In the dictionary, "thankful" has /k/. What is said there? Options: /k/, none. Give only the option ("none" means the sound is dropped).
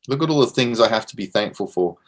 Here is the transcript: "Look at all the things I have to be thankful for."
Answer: /k/